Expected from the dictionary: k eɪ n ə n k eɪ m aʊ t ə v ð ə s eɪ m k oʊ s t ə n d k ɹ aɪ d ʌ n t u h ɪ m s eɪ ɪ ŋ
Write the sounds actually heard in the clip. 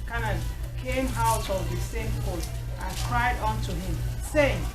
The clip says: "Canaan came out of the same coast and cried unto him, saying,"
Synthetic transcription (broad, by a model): k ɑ n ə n k eɪ m aʊ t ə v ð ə s eɪ m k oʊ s t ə n k ɹ aɪ d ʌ n t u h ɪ m s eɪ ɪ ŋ